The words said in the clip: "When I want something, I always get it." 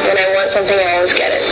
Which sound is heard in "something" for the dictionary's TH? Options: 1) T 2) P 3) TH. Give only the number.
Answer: 3